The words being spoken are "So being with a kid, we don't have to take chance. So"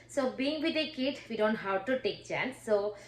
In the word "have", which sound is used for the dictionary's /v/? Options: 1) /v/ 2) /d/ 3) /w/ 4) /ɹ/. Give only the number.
3